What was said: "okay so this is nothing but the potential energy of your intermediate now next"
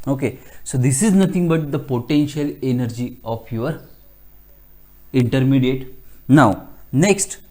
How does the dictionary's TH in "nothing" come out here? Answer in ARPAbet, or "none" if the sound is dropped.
T